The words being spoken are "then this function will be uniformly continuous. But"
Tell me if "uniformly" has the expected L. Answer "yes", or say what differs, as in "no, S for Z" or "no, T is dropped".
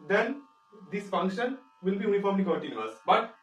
no, L is dropped